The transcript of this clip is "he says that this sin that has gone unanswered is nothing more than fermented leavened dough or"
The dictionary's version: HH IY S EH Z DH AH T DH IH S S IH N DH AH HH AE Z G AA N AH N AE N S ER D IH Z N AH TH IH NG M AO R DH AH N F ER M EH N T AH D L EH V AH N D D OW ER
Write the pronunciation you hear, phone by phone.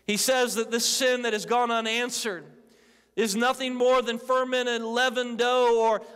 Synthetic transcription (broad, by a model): HH IY S EH Z DH AH T DH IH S S IH N DH AH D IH Z G AA N AH N AE N S ER D IH Z N AH TH IH NG M AO R DH AH N F ER M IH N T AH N L EH V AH N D D OW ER